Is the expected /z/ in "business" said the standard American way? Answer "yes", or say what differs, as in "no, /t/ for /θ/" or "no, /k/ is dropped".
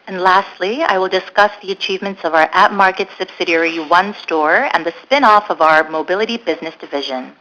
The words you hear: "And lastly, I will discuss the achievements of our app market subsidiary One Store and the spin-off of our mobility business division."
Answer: yes